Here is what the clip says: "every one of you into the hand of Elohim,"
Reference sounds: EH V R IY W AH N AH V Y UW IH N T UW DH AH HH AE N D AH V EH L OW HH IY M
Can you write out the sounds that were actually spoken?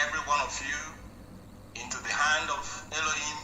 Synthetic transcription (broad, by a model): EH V R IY W AH N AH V Y UW IH N T UW DH AH HH AE N D AH V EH L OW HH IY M